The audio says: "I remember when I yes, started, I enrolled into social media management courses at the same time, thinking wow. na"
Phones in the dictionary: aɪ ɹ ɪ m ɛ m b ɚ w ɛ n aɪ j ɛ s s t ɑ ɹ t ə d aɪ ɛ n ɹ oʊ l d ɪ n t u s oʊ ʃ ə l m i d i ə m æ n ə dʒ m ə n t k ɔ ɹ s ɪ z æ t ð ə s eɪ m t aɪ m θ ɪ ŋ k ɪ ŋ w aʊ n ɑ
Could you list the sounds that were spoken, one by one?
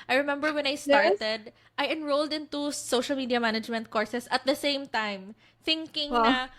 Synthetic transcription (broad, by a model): aɪ ɹ ɪ m ɛ m b ɚ w ɛ n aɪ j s s t ɑ ɹ t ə d aɪ ɛ n ɹ oʊ l d ɪ n t u s oʊ ʃ ə l m i d i ə m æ n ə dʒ m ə n t k ɔ ɹ s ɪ s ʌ t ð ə s eɪ m t aɪ m θ ɪ ŋ k ɪ ŋ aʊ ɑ